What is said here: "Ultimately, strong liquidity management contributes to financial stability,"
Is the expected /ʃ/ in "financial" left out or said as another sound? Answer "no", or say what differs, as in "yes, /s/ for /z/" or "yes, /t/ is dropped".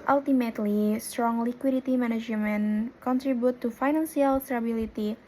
yes, /s/ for /ʃ/